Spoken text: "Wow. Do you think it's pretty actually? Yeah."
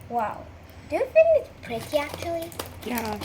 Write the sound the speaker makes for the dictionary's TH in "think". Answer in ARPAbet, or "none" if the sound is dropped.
F